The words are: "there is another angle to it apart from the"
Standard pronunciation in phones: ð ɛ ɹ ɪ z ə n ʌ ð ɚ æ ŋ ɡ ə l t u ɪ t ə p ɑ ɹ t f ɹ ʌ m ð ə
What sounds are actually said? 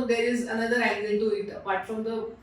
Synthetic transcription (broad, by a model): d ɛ ɹ ɪ z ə n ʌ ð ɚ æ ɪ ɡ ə n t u ɪ t ə p ɑ ɹ t f ɹ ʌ m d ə